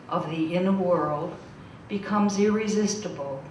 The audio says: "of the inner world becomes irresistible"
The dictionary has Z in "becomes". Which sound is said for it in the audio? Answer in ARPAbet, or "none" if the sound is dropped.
Z